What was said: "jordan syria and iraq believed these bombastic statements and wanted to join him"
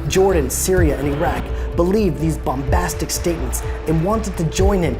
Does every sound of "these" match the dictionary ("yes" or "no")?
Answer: yes